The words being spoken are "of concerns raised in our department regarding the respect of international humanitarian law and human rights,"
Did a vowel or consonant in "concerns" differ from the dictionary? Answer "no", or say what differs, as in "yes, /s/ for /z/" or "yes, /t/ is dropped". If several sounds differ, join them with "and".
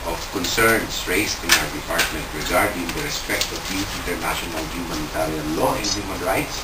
yes, /s/ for /z/